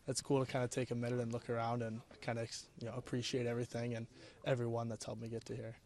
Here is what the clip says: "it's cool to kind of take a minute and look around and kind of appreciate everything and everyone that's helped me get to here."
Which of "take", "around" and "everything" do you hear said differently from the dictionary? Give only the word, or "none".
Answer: none